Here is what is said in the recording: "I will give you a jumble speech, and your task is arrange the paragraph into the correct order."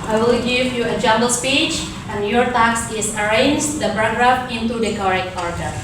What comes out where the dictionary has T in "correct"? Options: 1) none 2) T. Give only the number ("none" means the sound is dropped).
1